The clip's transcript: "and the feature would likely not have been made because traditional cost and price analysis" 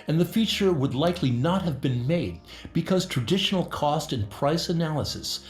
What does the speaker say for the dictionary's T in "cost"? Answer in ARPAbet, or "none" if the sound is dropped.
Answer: T